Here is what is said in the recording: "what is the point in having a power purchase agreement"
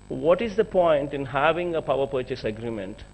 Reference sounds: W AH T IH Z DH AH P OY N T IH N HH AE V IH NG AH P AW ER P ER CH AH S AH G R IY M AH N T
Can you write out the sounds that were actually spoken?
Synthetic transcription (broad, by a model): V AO T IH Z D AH P OY N T IH N HH AE V IH NG AH P AW ER P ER CH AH S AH G R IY M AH N T